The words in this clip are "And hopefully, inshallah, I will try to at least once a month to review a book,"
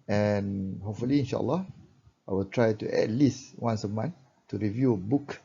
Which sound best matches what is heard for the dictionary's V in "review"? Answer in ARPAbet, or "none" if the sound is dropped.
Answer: V